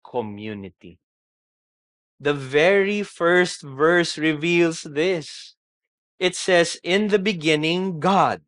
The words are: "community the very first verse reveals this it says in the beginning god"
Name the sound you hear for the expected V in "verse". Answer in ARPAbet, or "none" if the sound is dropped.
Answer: V